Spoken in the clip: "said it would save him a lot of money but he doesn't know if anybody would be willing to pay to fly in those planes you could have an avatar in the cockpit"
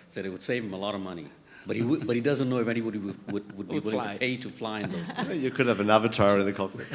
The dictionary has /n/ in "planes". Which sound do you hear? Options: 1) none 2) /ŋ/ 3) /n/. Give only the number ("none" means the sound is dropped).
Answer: 1